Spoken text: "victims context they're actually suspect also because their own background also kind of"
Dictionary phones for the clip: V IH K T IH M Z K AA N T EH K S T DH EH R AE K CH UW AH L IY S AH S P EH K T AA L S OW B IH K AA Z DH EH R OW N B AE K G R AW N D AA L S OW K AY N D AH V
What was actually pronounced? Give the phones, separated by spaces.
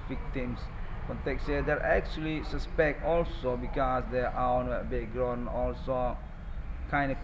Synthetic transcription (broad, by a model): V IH K T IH M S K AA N T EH K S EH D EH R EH K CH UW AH L IY S AH S P EH K T AA L S OW B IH K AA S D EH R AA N B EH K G R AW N AA L S OW K AY N D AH